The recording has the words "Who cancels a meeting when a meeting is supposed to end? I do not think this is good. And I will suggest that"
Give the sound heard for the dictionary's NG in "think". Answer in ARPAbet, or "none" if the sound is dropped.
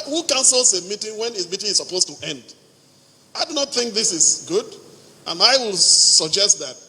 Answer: NG